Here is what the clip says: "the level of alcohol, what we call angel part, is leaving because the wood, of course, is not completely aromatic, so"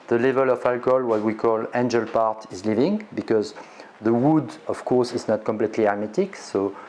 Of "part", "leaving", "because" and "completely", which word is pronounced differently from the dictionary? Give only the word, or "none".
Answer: none